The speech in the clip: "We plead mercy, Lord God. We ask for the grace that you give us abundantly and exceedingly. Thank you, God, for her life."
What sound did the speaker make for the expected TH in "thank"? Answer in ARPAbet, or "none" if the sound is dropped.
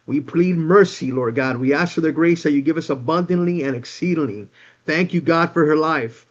TH